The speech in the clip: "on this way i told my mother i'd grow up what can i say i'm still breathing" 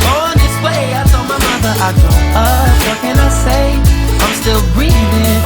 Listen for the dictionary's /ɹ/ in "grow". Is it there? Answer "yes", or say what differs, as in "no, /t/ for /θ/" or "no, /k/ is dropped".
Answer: no, /ɹ/ is dropped